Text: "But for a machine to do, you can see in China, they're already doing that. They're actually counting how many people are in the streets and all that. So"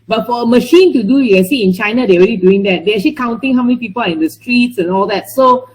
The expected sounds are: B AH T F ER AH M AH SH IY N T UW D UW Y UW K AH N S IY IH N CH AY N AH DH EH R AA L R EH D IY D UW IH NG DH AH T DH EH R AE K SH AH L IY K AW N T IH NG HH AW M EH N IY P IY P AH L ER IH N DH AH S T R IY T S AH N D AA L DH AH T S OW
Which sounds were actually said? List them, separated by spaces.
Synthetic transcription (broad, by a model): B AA T F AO AH M AH SH IY N T UW D UW Y UW K AH N S IY IH N CH AY N AH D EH R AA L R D IY D UW IH NG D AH T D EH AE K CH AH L IY K AW N T IH NG HH AW M EH N IY P IY P AH L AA IH N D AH S T R IY T S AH N AA L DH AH T S OW